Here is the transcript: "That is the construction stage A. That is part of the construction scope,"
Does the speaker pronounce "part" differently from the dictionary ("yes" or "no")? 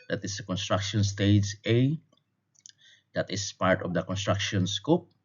no